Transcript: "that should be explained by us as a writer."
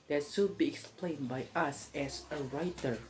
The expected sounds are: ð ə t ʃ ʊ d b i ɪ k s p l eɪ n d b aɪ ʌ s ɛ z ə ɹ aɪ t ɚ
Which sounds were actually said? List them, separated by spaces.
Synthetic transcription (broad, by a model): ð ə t s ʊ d b i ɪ k s p l eɪ n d b aɪ ʌ s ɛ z ə ɹ aɪ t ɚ